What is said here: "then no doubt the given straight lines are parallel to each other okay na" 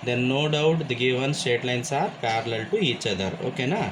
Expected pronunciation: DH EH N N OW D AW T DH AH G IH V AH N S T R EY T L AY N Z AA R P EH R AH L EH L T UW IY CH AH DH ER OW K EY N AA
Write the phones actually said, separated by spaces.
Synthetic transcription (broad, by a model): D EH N N OW D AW T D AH G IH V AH N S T EY T L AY N S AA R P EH R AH L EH L T UW IY CH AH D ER OW K EY N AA